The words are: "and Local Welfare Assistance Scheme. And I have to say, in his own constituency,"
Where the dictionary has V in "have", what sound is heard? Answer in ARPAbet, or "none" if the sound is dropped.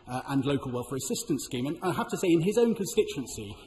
F